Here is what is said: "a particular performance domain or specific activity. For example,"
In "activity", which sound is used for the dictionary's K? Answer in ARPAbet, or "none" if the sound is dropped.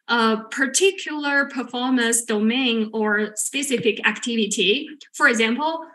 K